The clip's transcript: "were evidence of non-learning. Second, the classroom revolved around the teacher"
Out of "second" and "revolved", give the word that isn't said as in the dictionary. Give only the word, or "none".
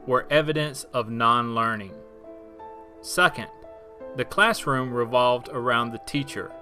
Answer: none